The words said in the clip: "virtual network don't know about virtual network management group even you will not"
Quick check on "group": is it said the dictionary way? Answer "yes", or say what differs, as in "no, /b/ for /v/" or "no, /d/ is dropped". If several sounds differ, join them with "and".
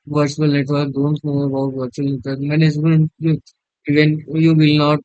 no, /p/ is dropped